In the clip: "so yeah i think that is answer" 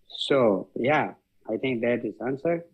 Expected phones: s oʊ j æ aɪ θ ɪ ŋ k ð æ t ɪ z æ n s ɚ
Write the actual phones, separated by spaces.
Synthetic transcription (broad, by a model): s oʊ j æ aɪ t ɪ ŋ k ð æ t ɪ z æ n s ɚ